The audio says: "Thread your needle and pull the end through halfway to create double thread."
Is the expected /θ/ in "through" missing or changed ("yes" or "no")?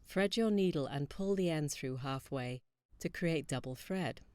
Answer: no